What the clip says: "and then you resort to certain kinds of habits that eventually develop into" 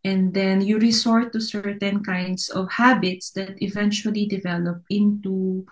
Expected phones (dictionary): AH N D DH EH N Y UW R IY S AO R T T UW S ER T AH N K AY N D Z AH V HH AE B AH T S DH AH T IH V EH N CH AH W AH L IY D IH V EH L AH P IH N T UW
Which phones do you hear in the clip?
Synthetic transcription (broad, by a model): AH N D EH N Y UW R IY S AO R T T UW S ER T AH N K AY N D S AH V HH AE B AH T S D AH T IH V EH N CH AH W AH L IY D IH V EH L AH P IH N T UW